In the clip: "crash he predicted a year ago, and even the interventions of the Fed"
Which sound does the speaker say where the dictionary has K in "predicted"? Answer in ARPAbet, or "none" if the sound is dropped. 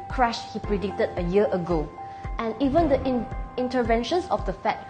K